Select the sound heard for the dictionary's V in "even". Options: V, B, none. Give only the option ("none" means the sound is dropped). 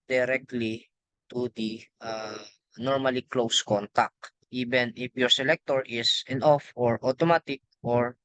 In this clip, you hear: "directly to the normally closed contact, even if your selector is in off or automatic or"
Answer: B